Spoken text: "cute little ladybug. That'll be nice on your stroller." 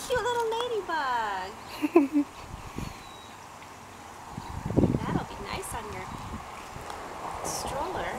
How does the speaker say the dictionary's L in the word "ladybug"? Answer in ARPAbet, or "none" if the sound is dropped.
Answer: L